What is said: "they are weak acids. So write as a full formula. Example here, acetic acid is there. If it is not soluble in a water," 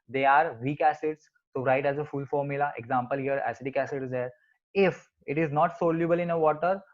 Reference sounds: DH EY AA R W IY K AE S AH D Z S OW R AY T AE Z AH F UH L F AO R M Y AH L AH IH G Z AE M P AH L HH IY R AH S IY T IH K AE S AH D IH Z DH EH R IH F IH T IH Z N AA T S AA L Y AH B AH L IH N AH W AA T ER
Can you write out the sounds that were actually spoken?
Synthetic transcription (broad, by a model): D EY AA R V IY K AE S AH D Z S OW R AY T AE Z AH F UH L F AO R M Y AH L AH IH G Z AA M P AH L HH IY R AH S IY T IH K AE S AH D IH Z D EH R IH F IH T IH Z N AA T S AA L Y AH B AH L IH N AH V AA T ER